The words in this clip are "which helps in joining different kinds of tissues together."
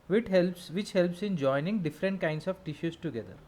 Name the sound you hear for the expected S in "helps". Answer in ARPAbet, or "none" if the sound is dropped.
S